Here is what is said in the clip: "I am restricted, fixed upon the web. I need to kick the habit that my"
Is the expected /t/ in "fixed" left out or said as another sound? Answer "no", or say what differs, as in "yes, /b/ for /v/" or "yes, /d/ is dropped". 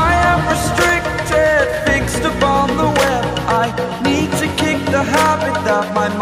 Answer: no